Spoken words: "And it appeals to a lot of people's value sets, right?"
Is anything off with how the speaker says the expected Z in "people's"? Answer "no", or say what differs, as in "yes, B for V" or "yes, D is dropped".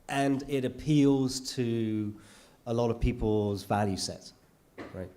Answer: no